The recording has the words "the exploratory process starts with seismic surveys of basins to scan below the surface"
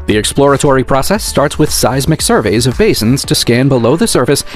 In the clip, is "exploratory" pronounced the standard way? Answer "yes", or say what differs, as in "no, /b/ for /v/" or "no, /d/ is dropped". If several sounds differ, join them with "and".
yes